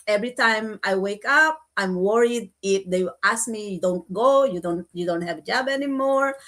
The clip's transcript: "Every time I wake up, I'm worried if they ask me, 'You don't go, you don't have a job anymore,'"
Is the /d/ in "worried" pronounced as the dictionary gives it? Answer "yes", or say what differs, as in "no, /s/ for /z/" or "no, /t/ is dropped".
yes